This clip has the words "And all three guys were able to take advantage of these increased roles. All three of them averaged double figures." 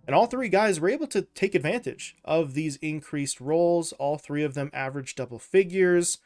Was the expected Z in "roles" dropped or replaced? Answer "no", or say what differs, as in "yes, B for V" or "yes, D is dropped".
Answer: no